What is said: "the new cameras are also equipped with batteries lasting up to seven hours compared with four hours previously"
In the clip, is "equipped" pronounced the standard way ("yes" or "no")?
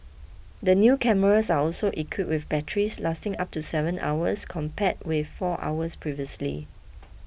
no